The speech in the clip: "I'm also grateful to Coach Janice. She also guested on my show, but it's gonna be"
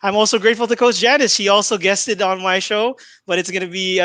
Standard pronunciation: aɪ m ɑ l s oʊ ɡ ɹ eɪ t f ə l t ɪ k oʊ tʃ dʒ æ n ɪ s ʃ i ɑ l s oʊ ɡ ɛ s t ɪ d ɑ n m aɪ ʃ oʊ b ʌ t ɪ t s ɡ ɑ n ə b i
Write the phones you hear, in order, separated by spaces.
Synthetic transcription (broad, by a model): aɪ m ɑ l s oʊ ɡ ɹ eɪ t f l t ɪ k oʊ s dʒ æ n ɪ s ʃ i ɑ l s oʊ ɡ ɛ s t ɪ d n m aɪ ʃ oʊ b ʌ t ɪ t s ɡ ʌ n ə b i